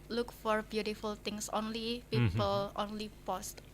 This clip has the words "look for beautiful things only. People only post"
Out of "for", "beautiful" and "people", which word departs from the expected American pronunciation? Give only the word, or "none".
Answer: none